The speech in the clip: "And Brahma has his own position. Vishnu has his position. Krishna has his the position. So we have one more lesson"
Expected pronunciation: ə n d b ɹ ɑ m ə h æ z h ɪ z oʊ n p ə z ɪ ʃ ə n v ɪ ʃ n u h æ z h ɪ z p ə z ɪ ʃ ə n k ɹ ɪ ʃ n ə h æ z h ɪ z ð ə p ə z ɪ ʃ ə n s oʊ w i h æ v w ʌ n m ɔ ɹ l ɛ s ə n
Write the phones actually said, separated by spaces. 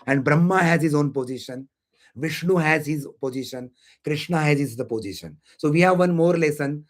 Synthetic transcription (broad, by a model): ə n d b ɹ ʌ m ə h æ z h ɪ z oʊ n p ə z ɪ ʃ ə n v ɪ ʃ n u h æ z h ɪ z p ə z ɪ ʃ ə n k ɹ ɪ ʃ n ə h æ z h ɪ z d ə p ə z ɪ ʃ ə n s oʊ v i h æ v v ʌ n m ɔ ɹ l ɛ s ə n